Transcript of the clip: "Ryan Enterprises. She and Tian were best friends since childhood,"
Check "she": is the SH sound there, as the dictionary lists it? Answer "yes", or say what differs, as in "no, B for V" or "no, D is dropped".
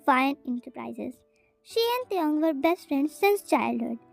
yes